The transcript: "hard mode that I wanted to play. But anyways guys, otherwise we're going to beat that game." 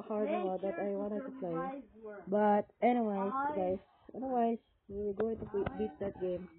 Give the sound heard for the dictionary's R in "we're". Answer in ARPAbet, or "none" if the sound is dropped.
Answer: W